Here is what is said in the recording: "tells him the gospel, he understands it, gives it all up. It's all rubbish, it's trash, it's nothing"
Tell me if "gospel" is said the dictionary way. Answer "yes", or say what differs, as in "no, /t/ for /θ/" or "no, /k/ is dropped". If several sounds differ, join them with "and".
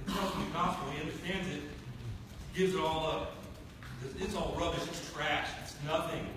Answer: no, /p/ is dropped